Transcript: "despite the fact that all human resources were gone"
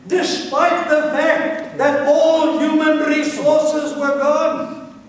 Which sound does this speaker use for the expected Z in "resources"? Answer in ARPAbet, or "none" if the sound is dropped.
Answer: Z